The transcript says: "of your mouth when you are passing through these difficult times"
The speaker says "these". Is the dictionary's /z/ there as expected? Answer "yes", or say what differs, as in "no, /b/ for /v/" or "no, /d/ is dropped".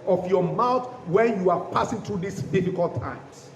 no, /s/ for /z/